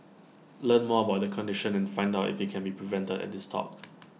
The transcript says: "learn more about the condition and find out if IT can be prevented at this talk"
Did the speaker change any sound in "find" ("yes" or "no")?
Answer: no